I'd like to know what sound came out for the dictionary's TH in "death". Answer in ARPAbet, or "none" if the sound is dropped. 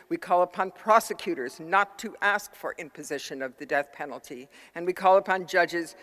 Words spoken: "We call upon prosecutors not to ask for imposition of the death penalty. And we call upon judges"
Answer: TH